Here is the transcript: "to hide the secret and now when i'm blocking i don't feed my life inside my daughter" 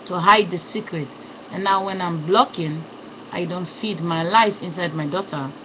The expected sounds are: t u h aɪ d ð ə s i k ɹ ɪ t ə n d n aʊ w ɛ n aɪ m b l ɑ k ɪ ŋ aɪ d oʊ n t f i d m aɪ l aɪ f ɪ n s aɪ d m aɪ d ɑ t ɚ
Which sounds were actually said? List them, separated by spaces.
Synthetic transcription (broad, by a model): t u h aɪ d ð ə s i k ɹ ɪ t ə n n aʊ w ɛ n aɪ m b l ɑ k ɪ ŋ aɪ d oʊ n t f i d m aɪ l aɪ f ɪ n s aɪ d m aɪ d ɑ t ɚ